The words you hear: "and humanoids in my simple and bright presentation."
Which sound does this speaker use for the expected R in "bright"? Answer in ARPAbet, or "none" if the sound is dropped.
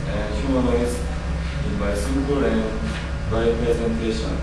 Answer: none